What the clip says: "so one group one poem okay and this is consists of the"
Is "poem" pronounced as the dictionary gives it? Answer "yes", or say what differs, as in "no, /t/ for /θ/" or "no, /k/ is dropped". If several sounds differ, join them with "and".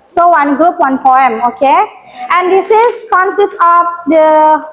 no, /f/ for /p/